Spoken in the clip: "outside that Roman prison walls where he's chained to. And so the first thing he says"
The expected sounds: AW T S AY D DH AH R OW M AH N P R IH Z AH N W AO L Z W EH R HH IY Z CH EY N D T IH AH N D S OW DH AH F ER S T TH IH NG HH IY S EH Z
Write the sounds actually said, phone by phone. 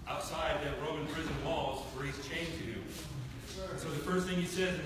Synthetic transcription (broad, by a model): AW T S AY D DH AH R OW M AH N P R IH Z AH N W AO L Z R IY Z CH EY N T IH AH S OW DH AH F ER S T TH IH NG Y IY S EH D